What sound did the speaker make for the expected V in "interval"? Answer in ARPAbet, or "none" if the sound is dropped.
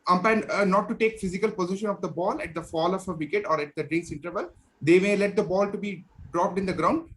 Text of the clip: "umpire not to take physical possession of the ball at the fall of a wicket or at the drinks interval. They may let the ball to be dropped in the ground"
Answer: V